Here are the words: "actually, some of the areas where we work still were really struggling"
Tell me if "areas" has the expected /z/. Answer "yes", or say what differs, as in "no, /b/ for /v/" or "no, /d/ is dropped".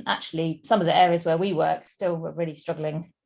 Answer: yes